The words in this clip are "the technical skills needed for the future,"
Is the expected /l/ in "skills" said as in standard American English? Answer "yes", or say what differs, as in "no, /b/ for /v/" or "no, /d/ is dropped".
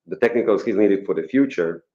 no, /l/ is dropped